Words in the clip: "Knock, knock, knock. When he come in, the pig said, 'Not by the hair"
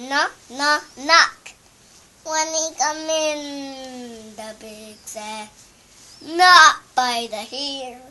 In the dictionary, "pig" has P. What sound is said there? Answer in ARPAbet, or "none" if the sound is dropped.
B